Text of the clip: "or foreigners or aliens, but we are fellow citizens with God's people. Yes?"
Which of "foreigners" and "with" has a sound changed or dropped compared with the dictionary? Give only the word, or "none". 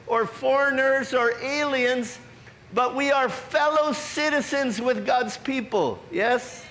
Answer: none